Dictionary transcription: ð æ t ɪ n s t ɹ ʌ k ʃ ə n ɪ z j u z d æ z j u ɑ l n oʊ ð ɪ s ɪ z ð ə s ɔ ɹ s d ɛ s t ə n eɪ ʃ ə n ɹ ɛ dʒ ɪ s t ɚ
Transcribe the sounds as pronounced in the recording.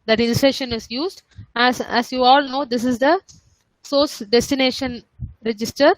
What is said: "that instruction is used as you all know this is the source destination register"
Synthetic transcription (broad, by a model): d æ t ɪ n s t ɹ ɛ ʃ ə n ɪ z j u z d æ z j u ɑ l n oʊ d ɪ s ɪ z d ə s ɔ ɹ s d ɛ s t ə n eɪ ʃ ə n ɹ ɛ dʒ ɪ s t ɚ